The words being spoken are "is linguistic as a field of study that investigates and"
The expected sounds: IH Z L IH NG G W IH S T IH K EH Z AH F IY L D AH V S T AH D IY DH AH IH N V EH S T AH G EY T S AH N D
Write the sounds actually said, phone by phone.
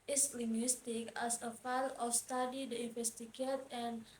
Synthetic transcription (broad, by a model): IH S L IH NG G W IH S T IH K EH S AH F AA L AH F S T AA D IY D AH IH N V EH S T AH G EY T AH N